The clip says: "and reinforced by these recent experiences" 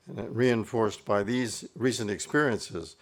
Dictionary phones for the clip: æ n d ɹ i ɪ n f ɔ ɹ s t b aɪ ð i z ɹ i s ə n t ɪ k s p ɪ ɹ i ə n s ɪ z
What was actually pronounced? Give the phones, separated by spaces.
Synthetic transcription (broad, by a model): ɹ i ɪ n f ɔ ɹ s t b aɪ ð i z ɹ i s ə n t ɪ k s p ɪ ɹ i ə n s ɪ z